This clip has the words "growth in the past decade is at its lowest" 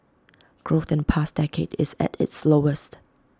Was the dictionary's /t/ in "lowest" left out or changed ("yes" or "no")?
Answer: no